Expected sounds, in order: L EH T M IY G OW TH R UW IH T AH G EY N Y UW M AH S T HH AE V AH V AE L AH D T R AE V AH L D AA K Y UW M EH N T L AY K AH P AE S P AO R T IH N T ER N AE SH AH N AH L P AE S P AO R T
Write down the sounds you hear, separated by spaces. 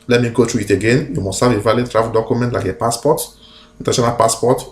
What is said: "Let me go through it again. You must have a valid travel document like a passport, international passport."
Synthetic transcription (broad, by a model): L EH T M IY G OW T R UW IH T AH G EY N Y UW M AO S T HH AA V AH V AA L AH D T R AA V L D AA K Y UW M EH N T L AY K AH P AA S P AO T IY N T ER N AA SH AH N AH L P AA S P AO T